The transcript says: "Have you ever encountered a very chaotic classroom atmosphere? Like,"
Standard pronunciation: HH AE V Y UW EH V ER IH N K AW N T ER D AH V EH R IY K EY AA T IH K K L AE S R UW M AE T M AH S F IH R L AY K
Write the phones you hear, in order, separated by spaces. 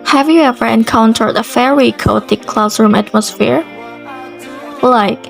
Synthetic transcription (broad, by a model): HH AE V Y UW EH V ER IH N K AW N T ER D AH F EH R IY K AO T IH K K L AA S R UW M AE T M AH S F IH R L AY K